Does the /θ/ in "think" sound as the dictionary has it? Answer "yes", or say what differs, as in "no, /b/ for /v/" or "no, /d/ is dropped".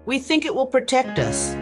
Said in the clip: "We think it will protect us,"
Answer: yes